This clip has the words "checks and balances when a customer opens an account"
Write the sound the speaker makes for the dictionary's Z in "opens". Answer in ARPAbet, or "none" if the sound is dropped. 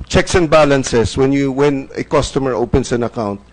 S